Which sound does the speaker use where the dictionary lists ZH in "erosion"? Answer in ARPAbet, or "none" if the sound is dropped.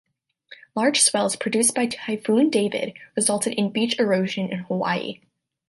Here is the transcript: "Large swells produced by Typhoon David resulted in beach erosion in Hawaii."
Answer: ZH